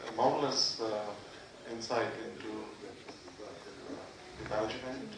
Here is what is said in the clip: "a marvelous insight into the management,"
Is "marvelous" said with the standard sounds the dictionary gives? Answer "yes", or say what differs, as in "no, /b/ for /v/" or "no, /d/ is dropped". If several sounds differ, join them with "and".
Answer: no, /v/ is dropped